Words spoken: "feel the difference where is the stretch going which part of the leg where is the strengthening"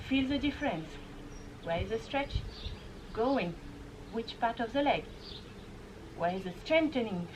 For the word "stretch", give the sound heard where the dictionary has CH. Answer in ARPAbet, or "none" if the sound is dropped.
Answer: CH